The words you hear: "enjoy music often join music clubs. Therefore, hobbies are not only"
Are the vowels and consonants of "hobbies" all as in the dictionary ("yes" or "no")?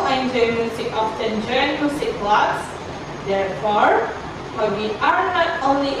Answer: no